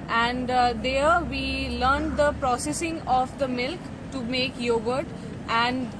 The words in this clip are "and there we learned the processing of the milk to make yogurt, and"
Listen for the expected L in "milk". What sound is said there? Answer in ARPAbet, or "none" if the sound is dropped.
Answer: L